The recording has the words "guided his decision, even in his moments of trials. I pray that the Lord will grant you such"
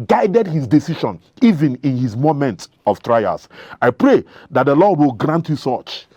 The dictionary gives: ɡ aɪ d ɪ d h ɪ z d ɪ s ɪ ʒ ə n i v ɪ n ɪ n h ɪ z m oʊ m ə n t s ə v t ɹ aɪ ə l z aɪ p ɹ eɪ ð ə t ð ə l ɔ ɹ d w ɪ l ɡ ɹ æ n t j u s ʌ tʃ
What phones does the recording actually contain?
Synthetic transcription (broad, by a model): ɡ aɪ d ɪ d h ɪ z d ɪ s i ʃ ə n i v ɪ n ɪ n h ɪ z m oʊ m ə n t ə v t ɹ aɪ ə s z aɪ p ɹ eɪ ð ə t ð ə l ɔ d w ɪ l ɡ ɹ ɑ n t j u s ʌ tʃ